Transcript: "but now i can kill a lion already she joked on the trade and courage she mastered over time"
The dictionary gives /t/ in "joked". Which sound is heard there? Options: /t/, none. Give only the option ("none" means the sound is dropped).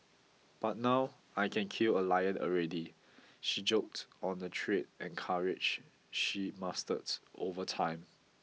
/t/